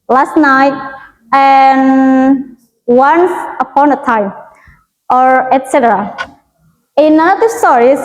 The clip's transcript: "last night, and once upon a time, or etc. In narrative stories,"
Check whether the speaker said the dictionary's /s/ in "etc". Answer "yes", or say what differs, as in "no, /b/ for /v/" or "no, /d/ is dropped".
yes